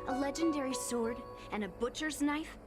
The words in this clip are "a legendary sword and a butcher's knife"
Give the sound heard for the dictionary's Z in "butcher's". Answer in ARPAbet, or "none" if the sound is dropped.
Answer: Z